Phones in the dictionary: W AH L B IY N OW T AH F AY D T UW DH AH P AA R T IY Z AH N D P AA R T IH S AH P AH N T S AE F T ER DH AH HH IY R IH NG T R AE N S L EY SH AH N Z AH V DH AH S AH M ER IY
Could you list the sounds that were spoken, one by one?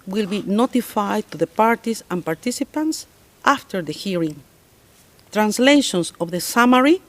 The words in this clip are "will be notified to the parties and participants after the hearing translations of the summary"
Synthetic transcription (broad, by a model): W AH L B IY N OW T AH F AY D T UW DH AH P AA R T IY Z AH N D P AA R T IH S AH P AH N T S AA F T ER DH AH HH IY R IH NG T R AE N S L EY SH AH N S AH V DH AH S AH M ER IY